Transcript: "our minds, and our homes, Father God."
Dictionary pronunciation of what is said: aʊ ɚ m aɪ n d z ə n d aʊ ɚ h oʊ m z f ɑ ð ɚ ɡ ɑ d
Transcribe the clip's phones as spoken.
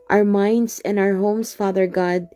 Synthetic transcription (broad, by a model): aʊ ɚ m aɪ n d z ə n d aʊ ɚ h oʊ m s f ɑ ð ɚ ɡ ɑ d